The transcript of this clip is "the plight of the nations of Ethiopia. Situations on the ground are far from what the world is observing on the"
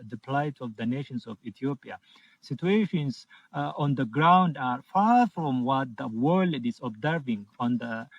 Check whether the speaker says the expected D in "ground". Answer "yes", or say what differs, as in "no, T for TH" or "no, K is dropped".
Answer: yes